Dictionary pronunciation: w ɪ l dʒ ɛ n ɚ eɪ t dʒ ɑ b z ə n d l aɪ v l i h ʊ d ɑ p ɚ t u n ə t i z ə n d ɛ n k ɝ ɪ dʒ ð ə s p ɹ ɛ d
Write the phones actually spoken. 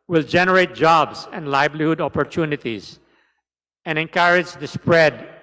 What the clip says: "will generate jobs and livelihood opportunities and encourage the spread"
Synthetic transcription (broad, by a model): w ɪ l dʒ ɛ n ɚ eɪ t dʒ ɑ b s ə n d l aɪ b l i h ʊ d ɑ p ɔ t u n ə t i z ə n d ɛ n k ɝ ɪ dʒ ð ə s p ɹ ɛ d